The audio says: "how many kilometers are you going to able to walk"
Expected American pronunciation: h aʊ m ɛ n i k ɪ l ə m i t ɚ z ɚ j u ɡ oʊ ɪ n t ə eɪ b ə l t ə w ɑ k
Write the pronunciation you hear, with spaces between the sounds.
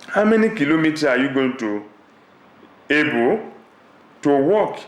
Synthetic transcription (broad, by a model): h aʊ m ɛ n i k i l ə m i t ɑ ɑ j u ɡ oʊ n t ə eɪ b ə t ə w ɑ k